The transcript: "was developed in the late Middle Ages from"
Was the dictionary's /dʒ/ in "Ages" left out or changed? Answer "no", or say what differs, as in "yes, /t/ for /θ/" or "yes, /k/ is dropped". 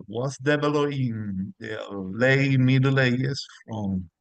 yes, /dʒ/ is dropped